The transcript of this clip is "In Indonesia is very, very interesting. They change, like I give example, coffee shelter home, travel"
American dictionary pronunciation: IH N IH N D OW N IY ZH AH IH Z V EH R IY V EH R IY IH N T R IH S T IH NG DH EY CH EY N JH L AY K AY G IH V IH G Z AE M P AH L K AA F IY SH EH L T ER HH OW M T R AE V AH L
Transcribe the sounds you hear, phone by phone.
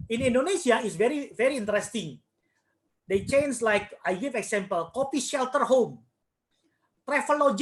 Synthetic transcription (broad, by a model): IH N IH N D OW N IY S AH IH S V EH R IY V EH R IY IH N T R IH S T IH NG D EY CH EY N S L AY K AY G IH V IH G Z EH M P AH L K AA P IY SH EH L T ER HH OW M T R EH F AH L